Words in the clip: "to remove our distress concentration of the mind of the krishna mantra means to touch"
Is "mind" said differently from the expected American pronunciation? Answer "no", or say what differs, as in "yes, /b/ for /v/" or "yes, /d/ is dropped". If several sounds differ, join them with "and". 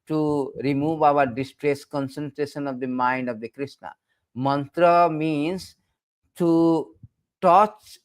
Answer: no